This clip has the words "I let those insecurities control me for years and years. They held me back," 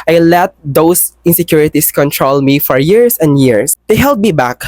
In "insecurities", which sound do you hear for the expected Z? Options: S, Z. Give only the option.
S